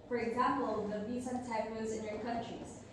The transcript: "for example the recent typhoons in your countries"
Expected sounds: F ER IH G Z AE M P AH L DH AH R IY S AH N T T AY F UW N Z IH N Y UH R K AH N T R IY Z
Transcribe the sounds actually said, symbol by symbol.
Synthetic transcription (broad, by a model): F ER IH G Z AE M P AH L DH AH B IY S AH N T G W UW Z IH N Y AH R K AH N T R IY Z